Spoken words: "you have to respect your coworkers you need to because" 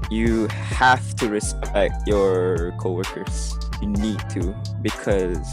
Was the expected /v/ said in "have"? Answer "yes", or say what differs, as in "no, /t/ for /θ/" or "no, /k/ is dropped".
no, /f/ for /v/